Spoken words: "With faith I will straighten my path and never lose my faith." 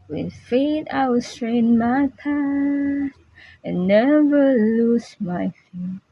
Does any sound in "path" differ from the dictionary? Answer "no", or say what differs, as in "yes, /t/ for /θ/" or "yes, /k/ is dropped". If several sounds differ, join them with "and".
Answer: yes, /s/ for /θ/